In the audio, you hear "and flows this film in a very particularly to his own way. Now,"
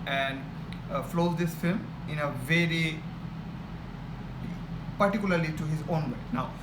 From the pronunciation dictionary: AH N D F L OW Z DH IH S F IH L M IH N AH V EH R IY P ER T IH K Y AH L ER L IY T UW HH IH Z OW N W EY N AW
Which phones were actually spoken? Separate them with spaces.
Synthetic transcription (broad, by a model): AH N D F L OW Z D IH S F IH L M IH N AH V EH R IY P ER T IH K Y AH L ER L IY T UW HH IH Z OW N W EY N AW